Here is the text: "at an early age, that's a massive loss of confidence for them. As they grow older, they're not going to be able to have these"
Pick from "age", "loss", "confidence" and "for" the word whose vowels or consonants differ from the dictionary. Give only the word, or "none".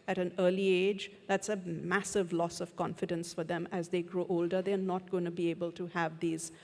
none